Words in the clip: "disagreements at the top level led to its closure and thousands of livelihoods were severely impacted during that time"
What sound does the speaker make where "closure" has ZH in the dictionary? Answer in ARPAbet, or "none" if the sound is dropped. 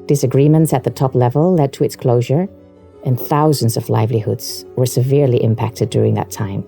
ZH